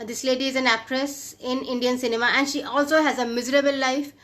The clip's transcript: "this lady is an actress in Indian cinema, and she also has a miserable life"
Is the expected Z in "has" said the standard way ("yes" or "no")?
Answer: yes